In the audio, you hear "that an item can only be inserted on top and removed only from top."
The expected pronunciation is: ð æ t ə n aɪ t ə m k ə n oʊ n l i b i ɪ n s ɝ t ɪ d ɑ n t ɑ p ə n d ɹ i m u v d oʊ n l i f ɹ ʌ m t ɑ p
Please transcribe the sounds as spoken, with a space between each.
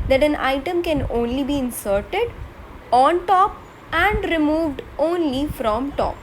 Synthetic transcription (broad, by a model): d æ t ə n aɪ t ə m k ə n oʊ n l i b i ɪ n s ɝ t ɪ d ɑ n t ɑ p ə n d ɹ i m u v d oʊ n l i f ɹ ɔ m t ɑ p